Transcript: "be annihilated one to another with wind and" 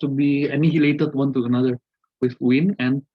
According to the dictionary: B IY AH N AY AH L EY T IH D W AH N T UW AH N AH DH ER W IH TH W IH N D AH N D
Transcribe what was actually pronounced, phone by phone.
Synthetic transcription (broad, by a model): B IY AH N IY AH L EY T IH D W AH N T UW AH N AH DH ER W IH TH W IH N AH N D